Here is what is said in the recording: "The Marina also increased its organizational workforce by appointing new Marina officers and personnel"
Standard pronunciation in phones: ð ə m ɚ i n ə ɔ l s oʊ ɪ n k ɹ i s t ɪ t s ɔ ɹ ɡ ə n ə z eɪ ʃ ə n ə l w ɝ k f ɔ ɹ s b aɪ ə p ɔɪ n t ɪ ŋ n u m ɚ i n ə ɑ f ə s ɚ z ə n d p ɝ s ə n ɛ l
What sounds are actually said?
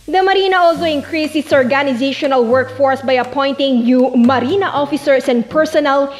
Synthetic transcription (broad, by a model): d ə m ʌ i n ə ɔ l s oʊ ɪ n k ɹ i s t ɪ t s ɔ ɹ ɡ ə n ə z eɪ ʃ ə n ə l w ɝ k f ɔ ɹ s b aɪ ə p ɔɪ n t ɪ ŋ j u m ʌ i n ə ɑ f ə s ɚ s ə n d p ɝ s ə n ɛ l